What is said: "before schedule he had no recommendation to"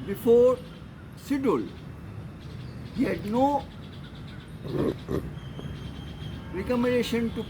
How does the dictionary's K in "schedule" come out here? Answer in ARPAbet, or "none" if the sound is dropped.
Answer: none